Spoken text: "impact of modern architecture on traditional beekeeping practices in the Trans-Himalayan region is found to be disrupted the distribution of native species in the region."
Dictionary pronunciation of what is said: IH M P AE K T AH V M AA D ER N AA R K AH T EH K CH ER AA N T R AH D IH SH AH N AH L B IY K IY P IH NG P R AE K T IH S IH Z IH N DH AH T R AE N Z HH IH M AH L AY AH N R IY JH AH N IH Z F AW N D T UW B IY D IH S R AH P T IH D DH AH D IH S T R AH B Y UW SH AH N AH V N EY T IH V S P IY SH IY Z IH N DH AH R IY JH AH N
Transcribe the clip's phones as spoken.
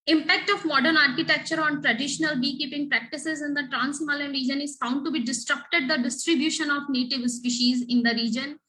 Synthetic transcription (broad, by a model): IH M P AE K T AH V M AA D ER N AA R K AH T EH K CH ER AA N T R AH D IH SH AH N AH L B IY K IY P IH NG P R AE K T IH S IH Z IH N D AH T R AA N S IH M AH L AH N R IY JH AH N IH Z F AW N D T UW B IY D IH S R AH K T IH D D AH D IH S T R AH B Y UW SH AH N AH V N EY T IH V S P IY SH IY Z IH N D AH R IY JH AH N